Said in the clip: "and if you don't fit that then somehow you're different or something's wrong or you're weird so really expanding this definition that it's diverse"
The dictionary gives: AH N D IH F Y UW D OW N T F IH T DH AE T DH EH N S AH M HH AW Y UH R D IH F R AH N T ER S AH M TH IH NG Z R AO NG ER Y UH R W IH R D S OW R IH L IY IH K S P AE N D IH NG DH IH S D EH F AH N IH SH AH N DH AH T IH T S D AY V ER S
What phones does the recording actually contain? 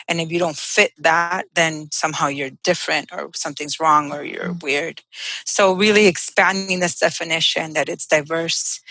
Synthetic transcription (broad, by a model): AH N IH F Y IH D OW N T F IH T DH AE T DH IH N S AH M HH AW Y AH R D IH F R AH N T ER S AH M TH IH NG Z R AO NG ER Y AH R W IH R D S OW R IH L IY IH K S P AE N D IH NG DH IH S D EH F AH N IH SH AH N DH AH T IH T S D AY V ER S